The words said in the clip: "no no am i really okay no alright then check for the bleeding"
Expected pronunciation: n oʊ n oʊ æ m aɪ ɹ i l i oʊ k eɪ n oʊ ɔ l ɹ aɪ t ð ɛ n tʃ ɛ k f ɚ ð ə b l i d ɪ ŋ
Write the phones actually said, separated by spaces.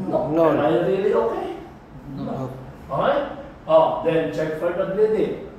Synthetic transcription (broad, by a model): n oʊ n oʊ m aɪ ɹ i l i oʊ k eɪ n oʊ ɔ ɹ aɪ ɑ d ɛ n tʃ ɛ k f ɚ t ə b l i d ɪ